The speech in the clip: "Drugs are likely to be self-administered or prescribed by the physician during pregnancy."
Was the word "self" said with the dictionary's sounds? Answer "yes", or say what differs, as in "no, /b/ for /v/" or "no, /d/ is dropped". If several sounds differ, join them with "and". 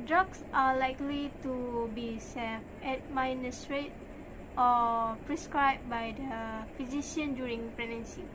no, /l/ is dropped